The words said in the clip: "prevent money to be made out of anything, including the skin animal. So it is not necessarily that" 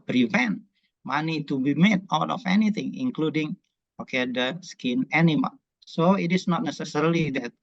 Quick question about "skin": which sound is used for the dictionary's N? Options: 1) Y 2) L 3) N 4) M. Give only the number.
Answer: 3